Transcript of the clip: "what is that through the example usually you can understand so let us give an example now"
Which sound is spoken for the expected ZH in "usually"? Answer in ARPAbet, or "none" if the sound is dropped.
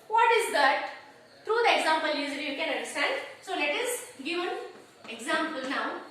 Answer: Z